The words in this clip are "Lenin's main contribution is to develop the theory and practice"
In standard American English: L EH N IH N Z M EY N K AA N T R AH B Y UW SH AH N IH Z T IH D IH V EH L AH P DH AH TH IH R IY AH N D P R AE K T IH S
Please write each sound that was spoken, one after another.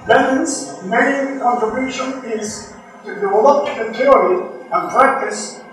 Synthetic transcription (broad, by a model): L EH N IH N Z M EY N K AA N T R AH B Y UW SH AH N IH Z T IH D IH AH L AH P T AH T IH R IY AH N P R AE K T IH S